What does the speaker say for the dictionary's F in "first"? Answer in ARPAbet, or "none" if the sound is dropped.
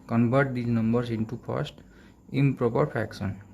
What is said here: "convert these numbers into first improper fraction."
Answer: P